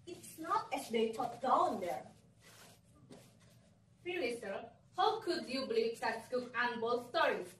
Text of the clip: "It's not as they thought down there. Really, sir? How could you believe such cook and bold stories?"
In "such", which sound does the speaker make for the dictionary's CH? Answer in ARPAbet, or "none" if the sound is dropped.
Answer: S